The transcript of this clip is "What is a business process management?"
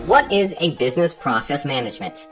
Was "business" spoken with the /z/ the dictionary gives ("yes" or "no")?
yes